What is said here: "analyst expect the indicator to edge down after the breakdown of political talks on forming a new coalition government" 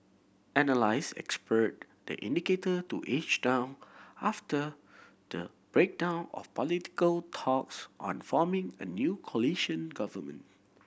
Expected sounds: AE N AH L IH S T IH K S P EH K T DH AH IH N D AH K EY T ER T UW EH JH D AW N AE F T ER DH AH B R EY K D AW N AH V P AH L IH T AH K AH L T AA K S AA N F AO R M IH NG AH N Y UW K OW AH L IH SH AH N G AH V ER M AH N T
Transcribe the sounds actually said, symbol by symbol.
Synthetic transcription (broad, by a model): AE N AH L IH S IH K S P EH T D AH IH N D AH K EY T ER T UW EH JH D AW N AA F T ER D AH B R EY K D AW N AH F P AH L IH T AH K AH L T AA K S AA N F AO M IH NG AH N Y UW K OW L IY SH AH N G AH V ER M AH N T